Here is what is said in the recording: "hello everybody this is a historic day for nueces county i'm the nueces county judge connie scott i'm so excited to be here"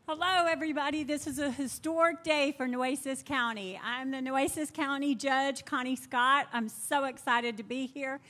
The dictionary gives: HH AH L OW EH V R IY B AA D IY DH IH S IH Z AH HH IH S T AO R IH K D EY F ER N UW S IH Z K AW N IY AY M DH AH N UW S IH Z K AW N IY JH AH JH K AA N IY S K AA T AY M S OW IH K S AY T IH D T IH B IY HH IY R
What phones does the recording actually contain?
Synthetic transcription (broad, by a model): HH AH L OW EH V R IY B AA D IY DH IH S IH Z AH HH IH S T AO R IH K D EY F ER N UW S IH S K AW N IY AY M DH AH N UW S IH S K AW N IY JH AH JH K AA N IY S K AA T AY M S OW IH K S AY T IH D T IH B IY HH IY R